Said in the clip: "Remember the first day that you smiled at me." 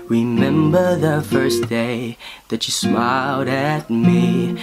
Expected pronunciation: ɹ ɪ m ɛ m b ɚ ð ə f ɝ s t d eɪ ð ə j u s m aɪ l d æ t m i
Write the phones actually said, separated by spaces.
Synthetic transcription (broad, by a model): ɹ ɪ m ɛ m b ɚ ð ə f ɝ s d eɪ ð ə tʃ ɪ s m aɪ l d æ t m i